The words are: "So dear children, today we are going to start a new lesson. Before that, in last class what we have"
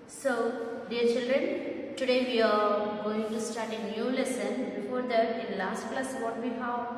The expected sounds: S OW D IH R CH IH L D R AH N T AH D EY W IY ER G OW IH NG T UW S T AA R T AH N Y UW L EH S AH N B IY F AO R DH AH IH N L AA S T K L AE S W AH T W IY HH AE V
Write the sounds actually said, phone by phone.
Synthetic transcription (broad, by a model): S OW D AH R CH IH L D R AH N T AH D EY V IY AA G OW IH NG T UW S T AA R T AH N Y UW L EH S AH N B IY F AO R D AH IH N L AA S T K L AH S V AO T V IY HH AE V